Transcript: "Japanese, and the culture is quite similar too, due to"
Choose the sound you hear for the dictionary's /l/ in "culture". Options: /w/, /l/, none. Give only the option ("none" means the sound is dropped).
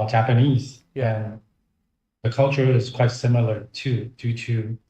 /l/